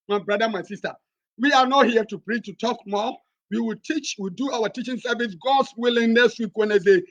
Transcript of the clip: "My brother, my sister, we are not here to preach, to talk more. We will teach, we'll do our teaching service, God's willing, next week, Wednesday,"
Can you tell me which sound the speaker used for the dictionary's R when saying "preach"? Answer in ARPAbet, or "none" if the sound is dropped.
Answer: R